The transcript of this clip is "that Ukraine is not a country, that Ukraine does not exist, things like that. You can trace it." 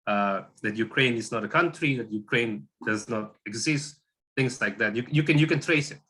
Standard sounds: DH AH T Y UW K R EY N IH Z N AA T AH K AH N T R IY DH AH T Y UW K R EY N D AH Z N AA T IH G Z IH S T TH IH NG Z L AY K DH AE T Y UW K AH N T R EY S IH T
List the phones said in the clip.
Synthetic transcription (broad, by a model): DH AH T Y UW K R EY N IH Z N AA T AH K AH N T R IY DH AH T Y UW K R EY N D AH Z N AA T IH G Z IH S T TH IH NG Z L AY K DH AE T Y UW K AH N T R EY S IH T